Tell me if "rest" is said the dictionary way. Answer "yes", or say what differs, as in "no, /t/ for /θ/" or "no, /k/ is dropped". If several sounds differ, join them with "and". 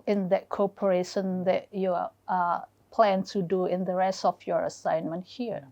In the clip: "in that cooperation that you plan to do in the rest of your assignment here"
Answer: yes